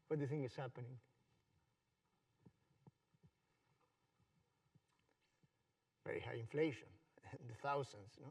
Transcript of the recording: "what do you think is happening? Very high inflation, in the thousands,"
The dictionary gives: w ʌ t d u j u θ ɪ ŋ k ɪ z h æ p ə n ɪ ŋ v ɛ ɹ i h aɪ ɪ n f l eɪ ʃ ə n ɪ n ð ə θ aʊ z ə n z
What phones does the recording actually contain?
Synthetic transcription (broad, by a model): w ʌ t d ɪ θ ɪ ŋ ɪ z h æ p ə n ɪ ŋ v ɛ ɹ i h aɪ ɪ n f l eɪ ə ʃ ɪ n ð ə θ aʊ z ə n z